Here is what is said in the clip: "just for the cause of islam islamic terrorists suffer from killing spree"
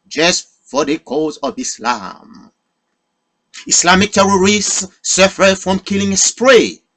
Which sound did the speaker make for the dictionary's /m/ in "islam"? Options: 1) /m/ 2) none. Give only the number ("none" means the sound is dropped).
1